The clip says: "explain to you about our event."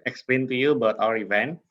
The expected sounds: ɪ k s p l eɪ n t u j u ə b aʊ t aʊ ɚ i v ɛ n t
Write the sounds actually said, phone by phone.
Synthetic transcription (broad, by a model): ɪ k s p l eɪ n t u j u ə b aʊ t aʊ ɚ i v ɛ n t